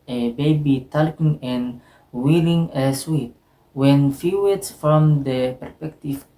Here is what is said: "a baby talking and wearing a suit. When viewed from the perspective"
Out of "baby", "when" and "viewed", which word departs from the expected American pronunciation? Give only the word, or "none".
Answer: viewed